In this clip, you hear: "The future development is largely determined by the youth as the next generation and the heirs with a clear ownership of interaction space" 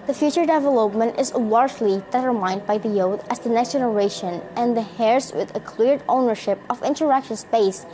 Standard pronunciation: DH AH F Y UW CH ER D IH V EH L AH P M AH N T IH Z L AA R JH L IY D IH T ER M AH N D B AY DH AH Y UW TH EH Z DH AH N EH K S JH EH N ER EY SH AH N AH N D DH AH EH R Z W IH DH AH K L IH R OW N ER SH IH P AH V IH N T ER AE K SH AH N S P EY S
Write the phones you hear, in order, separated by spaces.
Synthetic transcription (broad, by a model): DH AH F Y UW CH ER D IH V EH L AH P M AH N T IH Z L AA R JH L IY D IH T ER M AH N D B AY DH AH Y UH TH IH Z DH AH N EH K S JH EH N ER EY SH AH N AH N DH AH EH R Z W IH DH AH K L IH R OW N ER SH IH P AH V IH N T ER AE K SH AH N S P EY S